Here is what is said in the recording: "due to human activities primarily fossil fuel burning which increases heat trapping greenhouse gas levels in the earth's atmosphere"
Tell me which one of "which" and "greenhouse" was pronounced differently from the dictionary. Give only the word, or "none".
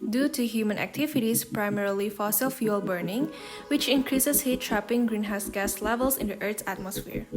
none